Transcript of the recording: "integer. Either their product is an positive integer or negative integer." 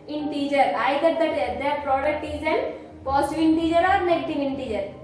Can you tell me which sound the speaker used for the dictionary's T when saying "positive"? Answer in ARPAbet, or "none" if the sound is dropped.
S